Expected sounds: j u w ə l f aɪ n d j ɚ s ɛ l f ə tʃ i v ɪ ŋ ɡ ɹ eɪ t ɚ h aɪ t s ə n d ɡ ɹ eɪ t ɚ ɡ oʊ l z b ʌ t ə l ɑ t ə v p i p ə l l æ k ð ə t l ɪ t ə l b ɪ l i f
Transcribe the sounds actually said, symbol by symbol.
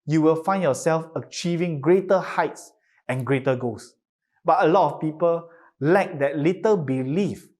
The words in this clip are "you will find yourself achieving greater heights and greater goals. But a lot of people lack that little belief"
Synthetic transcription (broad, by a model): j u w ə l f aɪ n j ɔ s ɛ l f ə tʃ i v ɪ ŋ ɡ ɹ eɪ t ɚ h aɪ t s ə n ɡ ɹ eɪ t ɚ ɡ oʊ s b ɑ t ə l ɑ t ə f p i p ə l l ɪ k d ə t l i t ə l b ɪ l i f